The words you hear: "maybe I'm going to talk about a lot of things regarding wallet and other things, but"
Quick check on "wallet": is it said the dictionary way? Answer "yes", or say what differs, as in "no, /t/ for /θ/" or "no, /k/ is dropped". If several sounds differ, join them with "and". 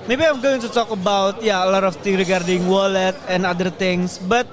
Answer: yes